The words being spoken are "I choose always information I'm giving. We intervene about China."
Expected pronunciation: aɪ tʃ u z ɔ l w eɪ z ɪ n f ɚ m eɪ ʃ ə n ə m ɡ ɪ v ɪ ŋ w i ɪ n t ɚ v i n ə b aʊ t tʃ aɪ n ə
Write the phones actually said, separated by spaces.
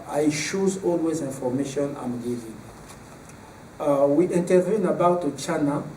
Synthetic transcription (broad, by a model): aɪ ʃ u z ɔ l w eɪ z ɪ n f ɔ m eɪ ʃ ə n ə m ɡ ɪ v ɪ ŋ w i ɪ n t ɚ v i n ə b aʊ t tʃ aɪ n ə